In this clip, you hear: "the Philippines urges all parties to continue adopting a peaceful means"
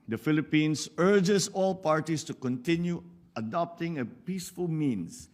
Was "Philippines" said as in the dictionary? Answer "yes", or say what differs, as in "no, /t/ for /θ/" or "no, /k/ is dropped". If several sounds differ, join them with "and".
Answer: no, /s/ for /z/